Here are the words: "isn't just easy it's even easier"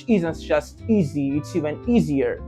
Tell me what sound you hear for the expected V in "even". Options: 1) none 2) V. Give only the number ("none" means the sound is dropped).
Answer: 1